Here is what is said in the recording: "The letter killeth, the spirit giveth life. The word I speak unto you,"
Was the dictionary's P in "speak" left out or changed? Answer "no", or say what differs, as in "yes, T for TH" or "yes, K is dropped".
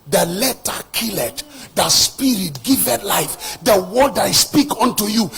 no